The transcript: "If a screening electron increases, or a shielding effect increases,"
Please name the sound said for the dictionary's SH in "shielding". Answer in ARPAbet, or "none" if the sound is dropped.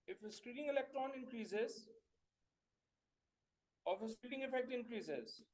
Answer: S